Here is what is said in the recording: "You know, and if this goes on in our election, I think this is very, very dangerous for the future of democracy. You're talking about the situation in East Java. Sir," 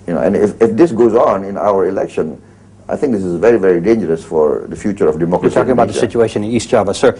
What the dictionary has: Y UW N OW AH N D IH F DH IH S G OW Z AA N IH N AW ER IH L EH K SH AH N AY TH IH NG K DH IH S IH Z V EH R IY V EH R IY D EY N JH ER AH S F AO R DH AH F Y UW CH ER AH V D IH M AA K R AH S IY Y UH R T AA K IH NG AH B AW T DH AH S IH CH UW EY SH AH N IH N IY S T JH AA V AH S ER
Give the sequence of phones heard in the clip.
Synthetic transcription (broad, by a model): Y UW N OW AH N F IH F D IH S G OW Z AA N IH N AW ER IH L EH K SH AH N AY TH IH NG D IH S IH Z V EH R IY V EH R IY D EY N JH ER AH S F AO R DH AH F Y UW CH ER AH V D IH M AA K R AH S T AA K IH NG AH B AW T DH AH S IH CH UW EY AH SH IH N IY S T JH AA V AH S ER